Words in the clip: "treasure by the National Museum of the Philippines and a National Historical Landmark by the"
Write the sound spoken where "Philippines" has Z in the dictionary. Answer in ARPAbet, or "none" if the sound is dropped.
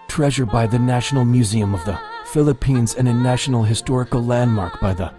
Z